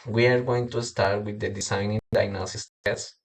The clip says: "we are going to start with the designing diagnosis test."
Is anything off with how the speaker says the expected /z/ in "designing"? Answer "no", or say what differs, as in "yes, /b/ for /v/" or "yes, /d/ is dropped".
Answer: yes, /s/ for /z/